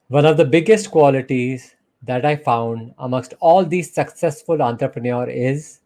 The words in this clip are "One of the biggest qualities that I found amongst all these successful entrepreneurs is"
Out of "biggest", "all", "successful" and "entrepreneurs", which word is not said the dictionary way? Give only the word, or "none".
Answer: entrepreneurs